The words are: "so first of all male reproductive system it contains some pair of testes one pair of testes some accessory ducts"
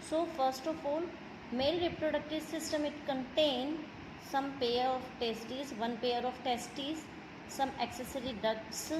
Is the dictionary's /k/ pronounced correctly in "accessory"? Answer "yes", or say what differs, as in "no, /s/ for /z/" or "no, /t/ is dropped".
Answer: yes